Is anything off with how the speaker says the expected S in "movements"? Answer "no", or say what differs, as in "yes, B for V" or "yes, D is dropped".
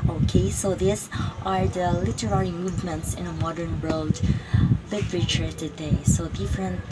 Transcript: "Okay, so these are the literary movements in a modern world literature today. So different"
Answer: no